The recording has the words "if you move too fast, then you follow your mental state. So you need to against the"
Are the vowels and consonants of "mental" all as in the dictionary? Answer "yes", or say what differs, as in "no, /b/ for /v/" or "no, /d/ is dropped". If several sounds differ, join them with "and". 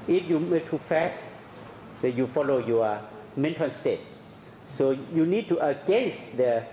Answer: no, /n/ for /l/